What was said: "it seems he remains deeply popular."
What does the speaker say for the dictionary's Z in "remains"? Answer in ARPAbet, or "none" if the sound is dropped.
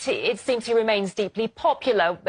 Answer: Z